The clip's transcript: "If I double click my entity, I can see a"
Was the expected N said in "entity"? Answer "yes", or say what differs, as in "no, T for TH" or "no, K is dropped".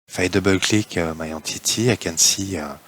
no, N is dropped